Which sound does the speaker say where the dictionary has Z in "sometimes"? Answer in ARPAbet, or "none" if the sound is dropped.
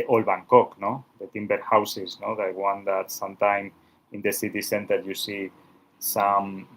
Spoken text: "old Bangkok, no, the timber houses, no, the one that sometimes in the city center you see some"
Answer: none